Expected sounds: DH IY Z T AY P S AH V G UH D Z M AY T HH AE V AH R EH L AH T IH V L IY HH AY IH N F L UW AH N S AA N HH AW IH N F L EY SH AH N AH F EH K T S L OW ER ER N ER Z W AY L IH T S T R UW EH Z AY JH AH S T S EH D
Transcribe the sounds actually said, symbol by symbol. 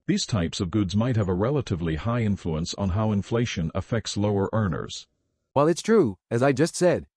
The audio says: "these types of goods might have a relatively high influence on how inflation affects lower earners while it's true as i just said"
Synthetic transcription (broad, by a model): DH IY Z T AY P S AH V G UH D Z M AY T HH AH V AH R EH L AH T IH V L IY HH AY IH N F L UW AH N S N HH AW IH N F L EY SH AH N AH F EH K T S L OW ER ER N ER Z W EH L IH T S T R UW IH Z AY JH AH S T S EH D